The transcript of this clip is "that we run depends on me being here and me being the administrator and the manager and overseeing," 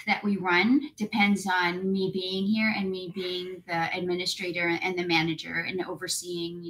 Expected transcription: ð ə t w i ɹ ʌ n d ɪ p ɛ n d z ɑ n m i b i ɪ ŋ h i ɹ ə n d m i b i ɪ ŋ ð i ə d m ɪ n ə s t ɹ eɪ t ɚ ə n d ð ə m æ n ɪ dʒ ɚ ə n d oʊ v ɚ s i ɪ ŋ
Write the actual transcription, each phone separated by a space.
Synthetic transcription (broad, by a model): ð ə t w i ɹ ʌ n d ɪ p ɛ n d z n m i b i ɪ ŋ h i ɹ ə n m i b i ɪ ŋ ð i ə d m ɪ n ə s t ɹ eɪ t ɚ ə n ð ə m æ n ɪ dʒ ɚ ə n oʊ v ɚ s i ɪ ŋ